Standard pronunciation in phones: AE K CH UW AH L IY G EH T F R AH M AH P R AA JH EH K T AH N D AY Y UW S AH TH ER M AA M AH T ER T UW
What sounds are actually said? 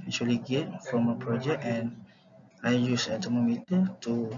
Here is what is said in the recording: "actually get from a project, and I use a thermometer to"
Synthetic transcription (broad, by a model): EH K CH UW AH L IY G EH T F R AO M AH P R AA JH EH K AH N AY Y UW S AH T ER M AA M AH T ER T UW